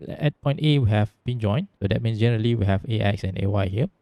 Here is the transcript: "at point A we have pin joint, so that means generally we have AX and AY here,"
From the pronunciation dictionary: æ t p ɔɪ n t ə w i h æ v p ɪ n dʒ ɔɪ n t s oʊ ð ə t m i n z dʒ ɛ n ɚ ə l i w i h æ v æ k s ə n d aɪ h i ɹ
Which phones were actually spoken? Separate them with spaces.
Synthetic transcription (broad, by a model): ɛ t p ɔɪ n t ə w i h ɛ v b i n dʒ ɔɪ n s oʊ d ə t m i n s dʒ ɛ n ɚ ə l i w i h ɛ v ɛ k s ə n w aɪ h i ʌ